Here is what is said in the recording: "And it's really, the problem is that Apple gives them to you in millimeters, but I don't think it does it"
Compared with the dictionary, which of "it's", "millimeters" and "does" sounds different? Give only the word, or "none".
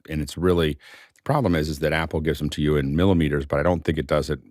none